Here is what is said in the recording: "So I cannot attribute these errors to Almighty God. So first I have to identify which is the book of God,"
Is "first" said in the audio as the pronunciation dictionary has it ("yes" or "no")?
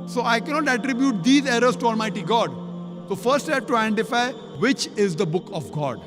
yes